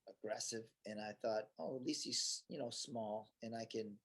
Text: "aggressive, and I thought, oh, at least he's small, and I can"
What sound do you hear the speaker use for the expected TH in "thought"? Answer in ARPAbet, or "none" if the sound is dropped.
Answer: TH